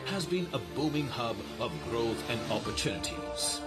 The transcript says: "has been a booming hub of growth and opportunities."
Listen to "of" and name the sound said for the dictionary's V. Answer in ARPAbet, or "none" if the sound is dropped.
V